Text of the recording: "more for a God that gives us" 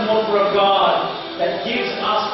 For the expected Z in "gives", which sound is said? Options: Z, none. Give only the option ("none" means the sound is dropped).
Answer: Z